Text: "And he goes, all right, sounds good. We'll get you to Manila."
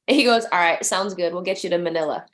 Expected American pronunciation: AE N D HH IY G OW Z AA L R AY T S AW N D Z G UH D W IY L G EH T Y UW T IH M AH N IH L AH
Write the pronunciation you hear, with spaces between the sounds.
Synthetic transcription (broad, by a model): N HH IY G OW Z AA L R AY T S AW N D Z G UH D W IY L G EH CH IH T IH M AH N IH L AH